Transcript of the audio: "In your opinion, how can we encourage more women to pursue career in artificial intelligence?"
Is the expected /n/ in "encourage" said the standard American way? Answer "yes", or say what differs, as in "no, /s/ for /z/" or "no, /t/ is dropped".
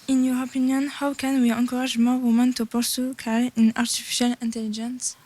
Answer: no, /n/ is dropped